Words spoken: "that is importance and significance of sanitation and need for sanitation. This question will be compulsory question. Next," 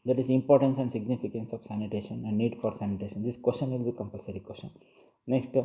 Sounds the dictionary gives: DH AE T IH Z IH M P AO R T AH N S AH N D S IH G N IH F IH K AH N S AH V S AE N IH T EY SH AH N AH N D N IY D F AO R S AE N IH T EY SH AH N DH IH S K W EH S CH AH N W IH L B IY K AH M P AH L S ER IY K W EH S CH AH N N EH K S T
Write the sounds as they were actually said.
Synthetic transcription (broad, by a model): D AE T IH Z IH M P AO R T AH N S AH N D S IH G N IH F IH K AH N S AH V S AE N IH T EY SH AH N AH N D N IY D F AO R S AE N IH T EY SH AH N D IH S K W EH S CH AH N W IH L B IY K AH M P AH L S ER IY K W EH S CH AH N N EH K S T